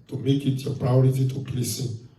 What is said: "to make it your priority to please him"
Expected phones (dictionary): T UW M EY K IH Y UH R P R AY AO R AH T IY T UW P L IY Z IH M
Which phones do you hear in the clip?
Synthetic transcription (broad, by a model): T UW M EY K IH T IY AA P R AY AO R AH T IY T UW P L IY S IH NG